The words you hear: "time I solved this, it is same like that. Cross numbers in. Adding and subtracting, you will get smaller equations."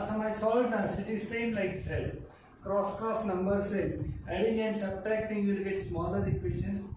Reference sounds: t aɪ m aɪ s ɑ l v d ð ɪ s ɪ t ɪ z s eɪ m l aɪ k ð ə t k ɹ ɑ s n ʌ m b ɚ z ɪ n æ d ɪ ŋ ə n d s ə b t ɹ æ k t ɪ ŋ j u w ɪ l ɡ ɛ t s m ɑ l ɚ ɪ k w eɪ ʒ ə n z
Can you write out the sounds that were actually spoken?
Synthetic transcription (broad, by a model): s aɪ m aɪ s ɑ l d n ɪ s ɪ t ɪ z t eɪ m l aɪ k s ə t k ɹ ɑ s n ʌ m b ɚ s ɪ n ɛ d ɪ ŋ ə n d s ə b t ɹ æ k t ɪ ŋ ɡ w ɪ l ɡ ɛ t s m ɑ l ɚ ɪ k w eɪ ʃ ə n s